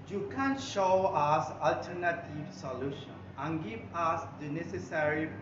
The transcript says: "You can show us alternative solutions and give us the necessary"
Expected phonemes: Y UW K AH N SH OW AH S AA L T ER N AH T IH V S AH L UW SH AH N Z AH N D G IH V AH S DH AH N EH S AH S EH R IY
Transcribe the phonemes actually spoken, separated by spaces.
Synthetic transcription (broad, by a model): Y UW K AH N SH OW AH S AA L T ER N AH T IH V S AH L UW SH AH N AH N G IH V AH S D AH N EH S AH S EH R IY